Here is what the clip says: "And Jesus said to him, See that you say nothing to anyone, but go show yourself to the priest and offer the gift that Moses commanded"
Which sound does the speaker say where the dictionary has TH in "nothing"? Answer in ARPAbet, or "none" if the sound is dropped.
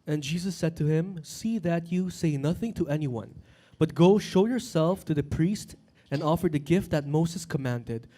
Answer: TH